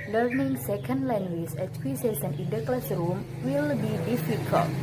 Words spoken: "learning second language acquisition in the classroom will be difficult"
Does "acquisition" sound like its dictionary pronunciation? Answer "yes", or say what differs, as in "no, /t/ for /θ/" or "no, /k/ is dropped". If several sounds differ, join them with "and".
no, /s/ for /z/ and /s/ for /ʃ/